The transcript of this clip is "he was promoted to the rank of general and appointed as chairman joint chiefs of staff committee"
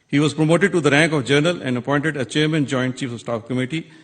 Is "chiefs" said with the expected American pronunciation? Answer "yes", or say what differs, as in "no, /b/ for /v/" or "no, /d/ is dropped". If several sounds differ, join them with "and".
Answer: no, /s/ is dropped